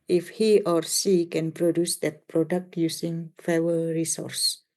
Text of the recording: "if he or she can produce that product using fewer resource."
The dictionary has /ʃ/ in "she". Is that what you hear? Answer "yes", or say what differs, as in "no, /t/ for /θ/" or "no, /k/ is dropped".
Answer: no, /s/ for /ʃ/